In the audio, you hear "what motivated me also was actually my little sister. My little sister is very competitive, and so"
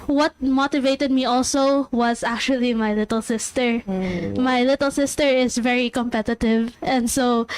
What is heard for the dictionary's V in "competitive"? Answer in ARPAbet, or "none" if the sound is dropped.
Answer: V